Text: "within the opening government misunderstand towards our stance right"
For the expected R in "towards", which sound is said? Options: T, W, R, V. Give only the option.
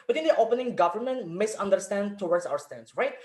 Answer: W